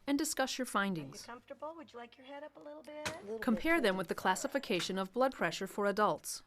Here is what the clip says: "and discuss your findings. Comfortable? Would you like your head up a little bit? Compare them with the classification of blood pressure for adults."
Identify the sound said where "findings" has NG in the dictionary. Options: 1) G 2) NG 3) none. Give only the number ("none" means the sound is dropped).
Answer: 2